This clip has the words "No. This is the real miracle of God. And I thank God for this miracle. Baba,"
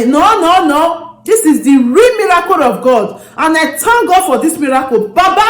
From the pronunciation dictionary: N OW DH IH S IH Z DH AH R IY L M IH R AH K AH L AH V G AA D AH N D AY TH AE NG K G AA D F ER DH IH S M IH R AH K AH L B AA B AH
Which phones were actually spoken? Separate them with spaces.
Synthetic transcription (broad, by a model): N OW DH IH S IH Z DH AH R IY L M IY R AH K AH L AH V G AA D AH N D AY T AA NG G AA D F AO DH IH S M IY R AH K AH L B AA B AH